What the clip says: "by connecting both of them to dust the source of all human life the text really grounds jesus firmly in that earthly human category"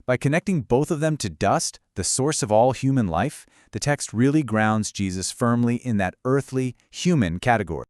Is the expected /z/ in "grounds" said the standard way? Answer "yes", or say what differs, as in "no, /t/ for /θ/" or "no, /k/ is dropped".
yes